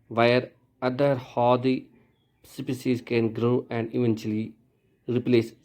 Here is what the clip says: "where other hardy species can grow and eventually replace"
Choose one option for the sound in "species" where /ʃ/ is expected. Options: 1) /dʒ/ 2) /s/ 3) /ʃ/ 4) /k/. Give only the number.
2